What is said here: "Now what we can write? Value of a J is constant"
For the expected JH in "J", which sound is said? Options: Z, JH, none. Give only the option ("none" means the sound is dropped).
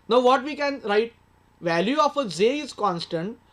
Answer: Z